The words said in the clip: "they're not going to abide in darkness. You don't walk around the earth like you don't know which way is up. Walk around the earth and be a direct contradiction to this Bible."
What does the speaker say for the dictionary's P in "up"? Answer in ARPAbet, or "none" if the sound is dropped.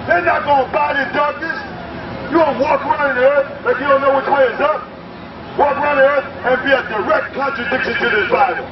P